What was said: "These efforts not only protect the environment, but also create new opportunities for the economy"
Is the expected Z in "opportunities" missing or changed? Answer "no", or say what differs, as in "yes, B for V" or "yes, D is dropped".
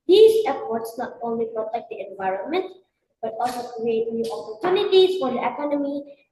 yes, S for Z